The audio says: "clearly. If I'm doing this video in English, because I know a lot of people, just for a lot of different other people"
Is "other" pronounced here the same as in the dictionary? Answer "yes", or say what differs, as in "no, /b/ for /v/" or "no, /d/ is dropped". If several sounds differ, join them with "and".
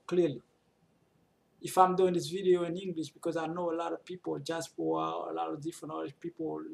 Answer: no, /ð/ is dropped